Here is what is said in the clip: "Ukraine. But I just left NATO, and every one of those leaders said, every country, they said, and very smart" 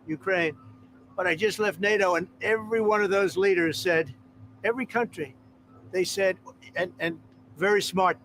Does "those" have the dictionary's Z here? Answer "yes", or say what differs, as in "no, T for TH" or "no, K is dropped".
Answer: yes